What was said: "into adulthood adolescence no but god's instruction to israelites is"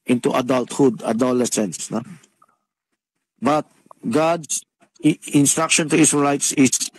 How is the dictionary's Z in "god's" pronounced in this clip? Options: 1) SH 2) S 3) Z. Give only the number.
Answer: 2